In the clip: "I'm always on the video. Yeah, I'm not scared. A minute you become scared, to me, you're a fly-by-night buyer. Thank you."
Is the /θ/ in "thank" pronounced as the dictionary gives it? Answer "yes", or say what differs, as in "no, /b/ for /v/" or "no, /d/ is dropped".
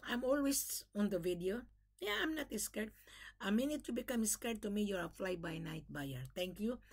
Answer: no, /t/ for /θ/